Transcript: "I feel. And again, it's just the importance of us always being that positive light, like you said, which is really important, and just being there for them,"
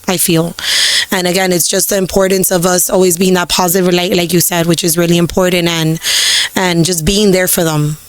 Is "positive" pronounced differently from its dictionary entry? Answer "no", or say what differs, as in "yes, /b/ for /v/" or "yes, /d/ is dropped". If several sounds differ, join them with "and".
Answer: no